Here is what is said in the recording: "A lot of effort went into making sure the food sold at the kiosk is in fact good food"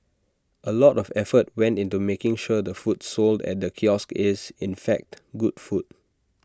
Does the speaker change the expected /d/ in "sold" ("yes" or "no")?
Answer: no